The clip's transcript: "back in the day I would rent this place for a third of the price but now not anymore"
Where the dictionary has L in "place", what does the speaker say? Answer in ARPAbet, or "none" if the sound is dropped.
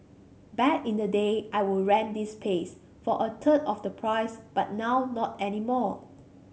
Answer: none